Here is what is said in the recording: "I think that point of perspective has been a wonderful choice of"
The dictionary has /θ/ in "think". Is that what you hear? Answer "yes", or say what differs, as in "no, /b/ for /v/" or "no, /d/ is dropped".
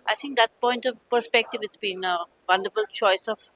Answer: no, /t/ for /θ/